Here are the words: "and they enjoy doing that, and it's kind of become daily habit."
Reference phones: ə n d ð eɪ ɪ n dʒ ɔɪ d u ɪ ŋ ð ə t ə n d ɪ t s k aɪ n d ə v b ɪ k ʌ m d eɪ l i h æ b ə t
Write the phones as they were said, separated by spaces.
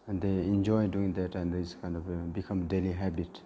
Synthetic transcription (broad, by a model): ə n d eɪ ɪ n dʒ ɔɪ d u ɪ ŋ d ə t ə n d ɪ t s k aɪ n d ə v b ɪ k ʌ m d eɪ l i h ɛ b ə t